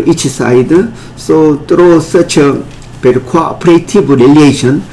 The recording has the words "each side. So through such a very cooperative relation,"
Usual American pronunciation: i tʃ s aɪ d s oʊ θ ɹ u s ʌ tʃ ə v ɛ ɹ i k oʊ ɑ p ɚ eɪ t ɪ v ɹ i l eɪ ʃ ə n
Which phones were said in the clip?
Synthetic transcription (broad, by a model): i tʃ s aɪ d s oʊ t ɹ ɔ s ʌ tʃ ə p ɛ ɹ k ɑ p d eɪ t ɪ b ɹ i l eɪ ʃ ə n